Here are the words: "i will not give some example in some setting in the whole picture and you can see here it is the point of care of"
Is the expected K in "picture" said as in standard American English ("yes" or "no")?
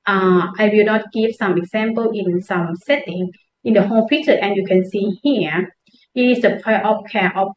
no